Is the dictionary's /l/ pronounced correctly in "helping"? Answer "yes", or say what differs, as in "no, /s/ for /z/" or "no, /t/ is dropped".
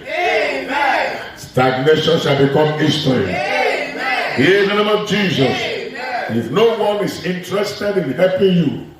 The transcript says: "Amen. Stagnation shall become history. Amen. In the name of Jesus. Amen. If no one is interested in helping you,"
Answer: no, /l/ is dropped